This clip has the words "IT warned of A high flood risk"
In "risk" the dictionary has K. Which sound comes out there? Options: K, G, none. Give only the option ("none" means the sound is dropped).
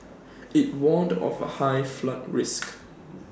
K